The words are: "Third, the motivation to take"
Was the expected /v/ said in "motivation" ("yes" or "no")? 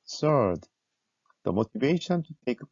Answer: yes